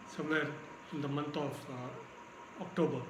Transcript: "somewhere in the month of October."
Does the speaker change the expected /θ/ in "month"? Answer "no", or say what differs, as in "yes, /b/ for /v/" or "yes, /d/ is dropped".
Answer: yes, /t/ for /θ/